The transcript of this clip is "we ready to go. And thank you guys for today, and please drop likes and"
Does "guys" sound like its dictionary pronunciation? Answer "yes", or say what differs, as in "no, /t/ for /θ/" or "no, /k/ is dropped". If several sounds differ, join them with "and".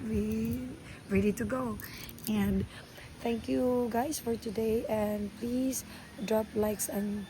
no, /s/ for /z/